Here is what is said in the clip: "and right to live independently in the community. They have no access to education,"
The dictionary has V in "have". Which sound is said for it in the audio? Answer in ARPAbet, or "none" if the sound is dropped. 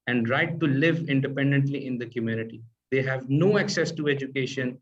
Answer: V